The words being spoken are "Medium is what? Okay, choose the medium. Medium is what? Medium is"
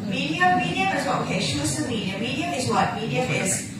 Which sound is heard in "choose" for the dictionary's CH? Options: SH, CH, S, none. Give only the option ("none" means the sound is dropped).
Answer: SH